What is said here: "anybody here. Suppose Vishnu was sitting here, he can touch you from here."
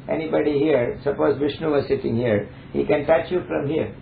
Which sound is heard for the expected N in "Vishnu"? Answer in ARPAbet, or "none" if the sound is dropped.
N